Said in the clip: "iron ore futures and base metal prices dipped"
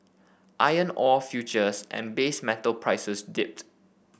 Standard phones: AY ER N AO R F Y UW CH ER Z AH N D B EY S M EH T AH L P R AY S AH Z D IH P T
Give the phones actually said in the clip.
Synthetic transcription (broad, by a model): AY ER N AO F Y UW CH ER S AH N B EY S M EH T AH L P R AY S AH S D IH P T